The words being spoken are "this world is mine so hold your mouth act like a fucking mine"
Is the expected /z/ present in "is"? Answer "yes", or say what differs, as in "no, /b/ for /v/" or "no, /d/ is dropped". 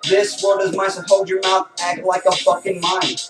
yes